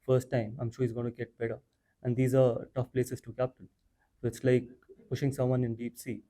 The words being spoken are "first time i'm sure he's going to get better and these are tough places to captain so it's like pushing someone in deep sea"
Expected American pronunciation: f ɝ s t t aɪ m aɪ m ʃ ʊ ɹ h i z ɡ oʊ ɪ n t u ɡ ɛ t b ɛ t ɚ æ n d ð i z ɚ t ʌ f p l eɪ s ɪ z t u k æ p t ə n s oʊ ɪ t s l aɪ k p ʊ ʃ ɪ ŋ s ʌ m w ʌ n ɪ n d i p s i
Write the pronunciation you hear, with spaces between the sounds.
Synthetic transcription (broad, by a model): f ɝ s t t aɪ m aɪ m ʃ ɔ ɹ h i z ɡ oʊ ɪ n t u ɡ ɛ t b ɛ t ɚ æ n d i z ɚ t ʌ f p l eɪ s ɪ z t u k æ p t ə l s oʊ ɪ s l aɪ k p ʊ ʃ ɪ ŋ s ʌ m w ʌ n ɪ n d i p s i